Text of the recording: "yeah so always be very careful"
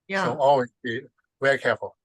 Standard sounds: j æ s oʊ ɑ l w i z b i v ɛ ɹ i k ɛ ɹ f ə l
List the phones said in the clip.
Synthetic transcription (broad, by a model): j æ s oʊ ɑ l w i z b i v ɛ ɹ i k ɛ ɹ f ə l